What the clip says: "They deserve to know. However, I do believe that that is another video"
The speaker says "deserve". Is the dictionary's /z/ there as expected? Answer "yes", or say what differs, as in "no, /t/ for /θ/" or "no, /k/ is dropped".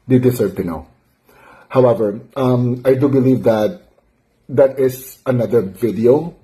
no, /s/ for /z/